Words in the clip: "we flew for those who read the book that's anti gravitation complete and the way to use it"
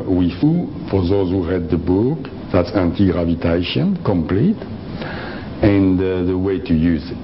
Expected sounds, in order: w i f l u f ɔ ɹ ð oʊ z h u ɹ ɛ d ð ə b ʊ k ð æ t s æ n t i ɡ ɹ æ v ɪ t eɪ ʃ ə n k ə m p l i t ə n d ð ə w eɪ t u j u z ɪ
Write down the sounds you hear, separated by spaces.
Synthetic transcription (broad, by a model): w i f u f ɔ ɹ ð oʊ z h u ɹ ɛ d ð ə b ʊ k ð æ t s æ n t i ɡ ɹ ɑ v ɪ t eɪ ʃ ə n k ə m p l i t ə n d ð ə w eɪ t u j u z